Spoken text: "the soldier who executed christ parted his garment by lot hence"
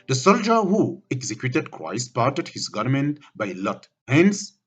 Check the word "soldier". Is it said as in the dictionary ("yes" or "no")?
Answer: yes